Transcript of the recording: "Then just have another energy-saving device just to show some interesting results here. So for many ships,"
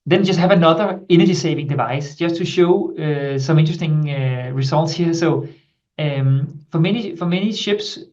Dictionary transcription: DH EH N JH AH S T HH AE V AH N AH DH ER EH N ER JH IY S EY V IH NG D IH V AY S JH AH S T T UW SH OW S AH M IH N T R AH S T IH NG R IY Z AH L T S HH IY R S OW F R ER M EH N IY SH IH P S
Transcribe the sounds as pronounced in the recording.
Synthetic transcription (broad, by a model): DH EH N JH AH S T HH AE V AH N AH DH ER EH N ER JH IY S EY V IH NG D IH V AY S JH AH S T T UW SH OW S AH M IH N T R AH S T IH NG R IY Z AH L T S HH IY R S OW F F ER M EH N IY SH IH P S